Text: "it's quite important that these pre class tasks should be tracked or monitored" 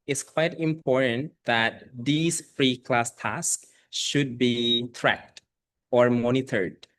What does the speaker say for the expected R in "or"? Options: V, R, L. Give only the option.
R